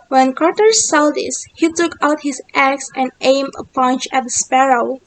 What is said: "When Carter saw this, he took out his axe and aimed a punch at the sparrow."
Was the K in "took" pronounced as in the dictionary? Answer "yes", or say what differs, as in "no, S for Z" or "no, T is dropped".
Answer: yes